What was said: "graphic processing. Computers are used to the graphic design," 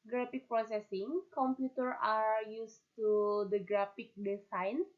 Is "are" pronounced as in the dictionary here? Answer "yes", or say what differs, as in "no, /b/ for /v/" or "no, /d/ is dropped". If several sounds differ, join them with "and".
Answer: yes